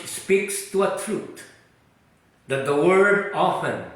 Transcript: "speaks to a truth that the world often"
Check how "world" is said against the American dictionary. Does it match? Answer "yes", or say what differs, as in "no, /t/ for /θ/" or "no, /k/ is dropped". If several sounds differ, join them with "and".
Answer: no, /l/ is dropped